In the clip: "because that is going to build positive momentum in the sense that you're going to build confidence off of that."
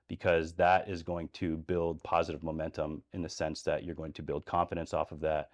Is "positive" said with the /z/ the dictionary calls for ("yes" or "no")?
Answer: yes